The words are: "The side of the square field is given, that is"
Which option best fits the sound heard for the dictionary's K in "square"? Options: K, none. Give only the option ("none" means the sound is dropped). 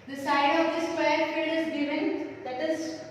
none